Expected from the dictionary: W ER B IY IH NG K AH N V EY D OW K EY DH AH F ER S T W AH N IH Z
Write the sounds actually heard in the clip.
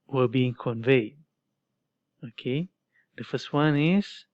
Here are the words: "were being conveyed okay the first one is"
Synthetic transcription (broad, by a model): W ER B IY IH NG K AH N V EY D OW K EY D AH F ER S T W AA N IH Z